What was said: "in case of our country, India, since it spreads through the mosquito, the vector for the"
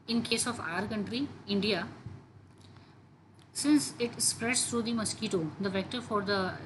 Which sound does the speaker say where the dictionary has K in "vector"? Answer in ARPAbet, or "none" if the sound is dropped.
K